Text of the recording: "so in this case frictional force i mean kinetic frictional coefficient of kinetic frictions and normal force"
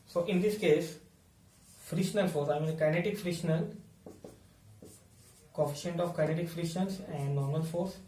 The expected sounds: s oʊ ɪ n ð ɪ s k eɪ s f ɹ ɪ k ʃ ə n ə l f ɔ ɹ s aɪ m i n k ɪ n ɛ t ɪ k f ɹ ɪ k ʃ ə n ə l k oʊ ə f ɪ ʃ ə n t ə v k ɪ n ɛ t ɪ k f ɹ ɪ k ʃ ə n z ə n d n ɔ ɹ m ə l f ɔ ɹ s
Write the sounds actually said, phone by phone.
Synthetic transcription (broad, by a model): s oʊ ɪ n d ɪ s k eɪ s f ɹ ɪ ʃ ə n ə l f ɔ ɹ s aɪ m i n k ɪ n ɛ t ɪ k f ɹ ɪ ʃ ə n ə l k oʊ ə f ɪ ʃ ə n t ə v k ɪ n ɛ t ɪ k f ɹ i ʃ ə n s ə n d n ɔ ɹ m ə l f ɔ ɹ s